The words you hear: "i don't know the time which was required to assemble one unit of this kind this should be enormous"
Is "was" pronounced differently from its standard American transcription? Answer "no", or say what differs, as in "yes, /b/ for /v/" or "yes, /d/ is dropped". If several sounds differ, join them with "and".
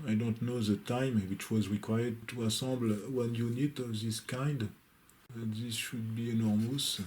no